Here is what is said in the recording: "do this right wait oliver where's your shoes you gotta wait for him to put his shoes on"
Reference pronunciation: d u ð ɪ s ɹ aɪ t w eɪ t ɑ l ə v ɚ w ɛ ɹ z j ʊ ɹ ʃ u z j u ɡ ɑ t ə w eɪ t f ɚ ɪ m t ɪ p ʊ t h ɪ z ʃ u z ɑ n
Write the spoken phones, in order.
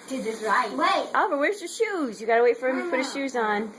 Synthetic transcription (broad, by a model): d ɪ ð ɪ s ɹ aɪ t w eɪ t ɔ ə v ɚ w ɛ ɹ z j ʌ ɹ ʃ u z j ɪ ɡ ɑ t ə w eɪ t f ɚ ɪ m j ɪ p ʊ t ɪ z ʃ u z n